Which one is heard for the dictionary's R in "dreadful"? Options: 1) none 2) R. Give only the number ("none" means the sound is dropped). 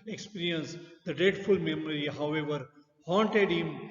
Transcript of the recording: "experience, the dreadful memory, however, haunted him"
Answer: 1